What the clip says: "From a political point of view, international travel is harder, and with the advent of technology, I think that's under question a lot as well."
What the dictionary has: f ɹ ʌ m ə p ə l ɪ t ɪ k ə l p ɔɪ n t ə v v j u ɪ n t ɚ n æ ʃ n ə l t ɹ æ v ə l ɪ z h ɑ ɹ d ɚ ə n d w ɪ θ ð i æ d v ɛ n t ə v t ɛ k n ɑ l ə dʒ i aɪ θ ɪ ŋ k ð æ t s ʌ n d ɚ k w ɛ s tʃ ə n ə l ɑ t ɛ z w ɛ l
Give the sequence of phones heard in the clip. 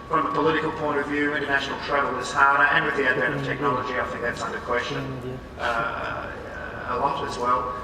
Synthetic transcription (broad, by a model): f ɹ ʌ m ə p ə l ɪ t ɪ k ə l p ɔɪ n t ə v v j u ɪ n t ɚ n æ ʃ n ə l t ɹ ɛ ə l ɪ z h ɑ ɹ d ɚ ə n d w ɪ ð i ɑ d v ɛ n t ə v t ɛ k n ɑ l ə dʒ i aɪ θ ɪ ŋ k ð æ t s ʌ n d ɚ k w ɛ s tʃ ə n ə l ɑ t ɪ z w ɛ l